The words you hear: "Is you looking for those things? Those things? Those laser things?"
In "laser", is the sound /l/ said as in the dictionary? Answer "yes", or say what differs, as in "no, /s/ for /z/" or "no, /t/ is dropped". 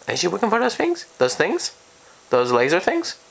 yes